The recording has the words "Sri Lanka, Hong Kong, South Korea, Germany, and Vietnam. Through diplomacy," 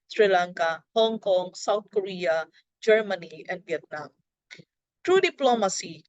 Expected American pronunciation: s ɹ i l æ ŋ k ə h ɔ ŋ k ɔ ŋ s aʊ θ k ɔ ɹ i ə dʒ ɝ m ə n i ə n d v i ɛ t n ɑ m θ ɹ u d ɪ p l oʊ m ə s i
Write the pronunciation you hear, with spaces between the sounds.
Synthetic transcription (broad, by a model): s ɹ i l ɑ ŋ k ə h ɔ ŋ k ɔ ŋ s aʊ t k ɔ ɹ i ə dʒ ɝ m ə n i ə n d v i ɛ t n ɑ m t ɹ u d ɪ p l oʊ m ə s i